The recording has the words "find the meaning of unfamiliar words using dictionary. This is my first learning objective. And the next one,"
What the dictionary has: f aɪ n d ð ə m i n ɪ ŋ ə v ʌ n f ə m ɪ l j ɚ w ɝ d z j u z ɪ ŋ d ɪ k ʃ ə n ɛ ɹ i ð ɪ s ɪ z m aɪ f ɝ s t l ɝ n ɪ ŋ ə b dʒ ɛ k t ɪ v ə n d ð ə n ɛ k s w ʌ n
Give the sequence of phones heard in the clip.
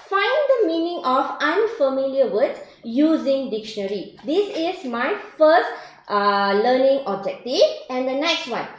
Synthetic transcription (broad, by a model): f aɪ n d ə m i n ɪ ŋ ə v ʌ n f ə m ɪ l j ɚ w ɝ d j u z ɪ ŋ d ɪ k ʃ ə n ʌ ɹ i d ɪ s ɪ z m aɪ f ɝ s t l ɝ n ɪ ŋ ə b dʒ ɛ k t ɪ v ə n d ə n ɛ k s w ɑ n